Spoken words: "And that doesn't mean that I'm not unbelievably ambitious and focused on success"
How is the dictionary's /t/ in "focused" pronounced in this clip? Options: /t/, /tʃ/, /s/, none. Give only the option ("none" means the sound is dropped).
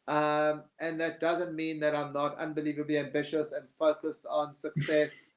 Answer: /t/